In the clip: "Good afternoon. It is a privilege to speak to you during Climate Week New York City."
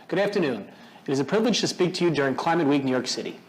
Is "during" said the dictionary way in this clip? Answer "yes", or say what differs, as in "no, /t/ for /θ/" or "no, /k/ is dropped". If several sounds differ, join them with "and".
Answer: yes